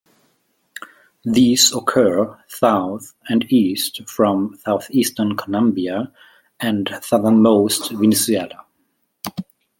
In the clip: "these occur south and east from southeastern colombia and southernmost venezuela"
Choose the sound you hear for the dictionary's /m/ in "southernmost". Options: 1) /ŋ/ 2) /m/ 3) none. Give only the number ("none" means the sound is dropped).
2